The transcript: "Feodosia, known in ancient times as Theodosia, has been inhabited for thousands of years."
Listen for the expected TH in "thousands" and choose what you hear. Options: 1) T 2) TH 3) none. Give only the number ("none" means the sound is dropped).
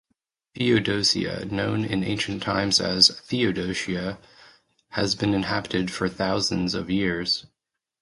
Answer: 2